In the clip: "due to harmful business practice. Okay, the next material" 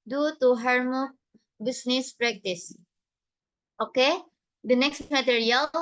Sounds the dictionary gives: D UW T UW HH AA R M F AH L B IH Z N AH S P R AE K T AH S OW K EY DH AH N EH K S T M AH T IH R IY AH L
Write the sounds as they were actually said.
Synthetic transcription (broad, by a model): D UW T UW HH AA R M AH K B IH S N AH S P R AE K T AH S OW K EY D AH N EH K S T M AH T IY R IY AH L